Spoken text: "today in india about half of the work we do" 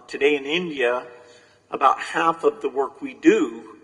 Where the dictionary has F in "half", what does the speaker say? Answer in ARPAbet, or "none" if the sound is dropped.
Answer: F